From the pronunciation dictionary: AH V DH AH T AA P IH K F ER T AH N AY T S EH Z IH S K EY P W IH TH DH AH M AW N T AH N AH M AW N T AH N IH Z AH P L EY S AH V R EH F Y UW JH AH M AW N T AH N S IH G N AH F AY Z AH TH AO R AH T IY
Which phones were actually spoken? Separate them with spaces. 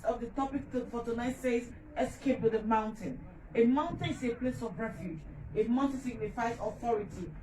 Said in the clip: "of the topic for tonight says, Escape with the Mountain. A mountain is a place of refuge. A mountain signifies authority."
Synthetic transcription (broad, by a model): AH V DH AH T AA P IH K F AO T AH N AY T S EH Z IH S K EY P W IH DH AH M AW N T AH N AH M AW N T AH N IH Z AH P L EY S AH V R EH F Y UW JH AH M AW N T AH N S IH G N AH F AY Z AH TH AO R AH T IY